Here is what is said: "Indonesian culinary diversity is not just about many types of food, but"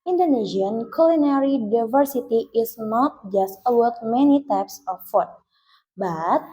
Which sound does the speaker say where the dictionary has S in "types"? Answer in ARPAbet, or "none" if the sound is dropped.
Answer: S